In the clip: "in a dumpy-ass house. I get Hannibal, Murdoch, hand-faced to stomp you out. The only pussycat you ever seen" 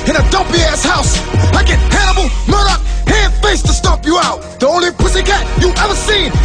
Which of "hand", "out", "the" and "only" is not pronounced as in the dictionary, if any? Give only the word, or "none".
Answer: hand